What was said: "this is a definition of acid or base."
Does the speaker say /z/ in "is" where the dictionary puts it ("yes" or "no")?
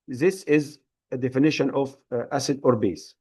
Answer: yes